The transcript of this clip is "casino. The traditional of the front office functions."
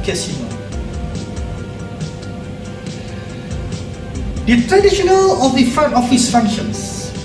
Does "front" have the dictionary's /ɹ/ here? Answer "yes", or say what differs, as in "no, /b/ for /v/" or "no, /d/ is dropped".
no, /ɹ/ is dropped